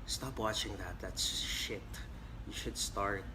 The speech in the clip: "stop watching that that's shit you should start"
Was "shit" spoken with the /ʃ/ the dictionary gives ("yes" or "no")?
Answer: yes